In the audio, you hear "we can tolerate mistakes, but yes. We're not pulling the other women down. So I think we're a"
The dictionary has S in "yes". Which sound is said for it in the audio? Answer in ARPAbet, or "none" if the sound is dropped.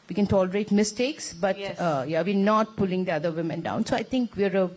none